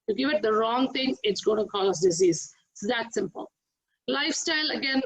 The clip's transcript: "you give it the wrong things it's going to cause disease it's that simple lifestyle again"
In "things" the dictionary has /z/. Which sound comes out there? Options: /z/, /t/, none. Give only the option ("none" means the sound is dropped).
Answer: none